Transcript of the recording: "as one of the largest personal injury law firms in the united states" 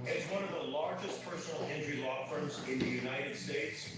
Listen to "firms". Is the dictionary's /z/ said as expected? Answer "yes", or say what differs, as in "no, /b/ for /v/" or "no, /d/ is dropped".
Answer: yes